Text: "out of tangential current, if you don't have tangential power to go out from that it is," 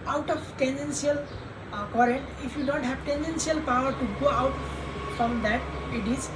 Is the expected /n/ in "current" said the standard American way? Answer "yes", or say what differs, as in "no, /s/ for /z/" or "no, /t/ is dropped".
yes